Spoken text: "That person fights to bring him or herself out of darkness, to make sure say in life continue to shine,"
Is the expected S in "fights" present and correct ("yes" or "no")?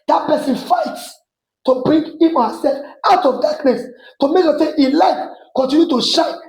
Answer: yes